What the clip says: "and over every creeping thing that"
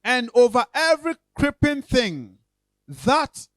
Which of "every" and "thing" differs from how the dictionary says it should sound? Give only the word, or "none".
none